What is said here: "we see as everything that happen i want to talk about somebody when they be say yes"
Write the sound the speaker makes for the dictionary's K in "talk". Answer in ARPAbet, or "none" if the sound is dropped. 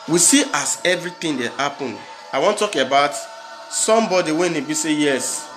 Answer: none